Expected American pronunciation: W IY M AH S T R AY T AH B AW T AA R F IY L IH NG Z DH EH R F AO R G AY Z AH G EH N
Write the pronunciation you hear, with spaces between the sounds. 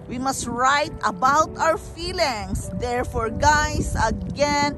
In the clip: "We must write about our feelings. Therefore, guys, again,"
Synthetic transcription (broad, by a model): W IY M AH S T R AY T AH B AW T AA W F IY L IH NG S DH EH R F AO R G AY S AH G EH N